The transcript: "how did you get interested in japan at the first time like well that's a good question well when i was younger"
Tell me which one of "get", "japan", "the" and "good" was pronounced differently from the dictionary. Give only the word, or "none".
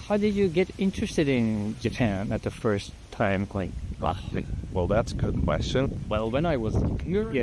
none